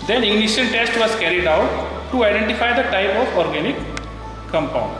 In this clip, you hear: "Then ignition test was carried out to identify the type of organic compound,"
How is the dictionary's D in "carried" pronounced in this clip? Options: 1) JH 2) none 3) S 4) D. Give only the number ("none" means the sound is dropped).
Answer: 4